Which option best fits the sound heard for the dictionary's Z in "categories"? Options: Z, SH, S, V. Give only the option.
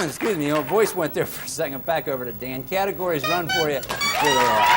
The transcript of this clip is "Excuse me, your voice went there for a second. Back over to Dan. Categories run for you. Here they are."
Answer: Z